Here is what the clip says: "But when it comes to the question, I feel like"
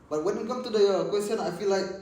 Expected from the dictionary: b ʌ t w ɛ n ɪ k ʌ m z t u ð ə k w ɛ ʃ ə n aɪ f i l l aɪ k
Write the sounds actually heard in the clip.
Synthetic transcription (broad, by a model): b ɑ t w ɛ n ɪ k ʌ m t u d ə k w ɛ s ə n aɪ f i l l aɪ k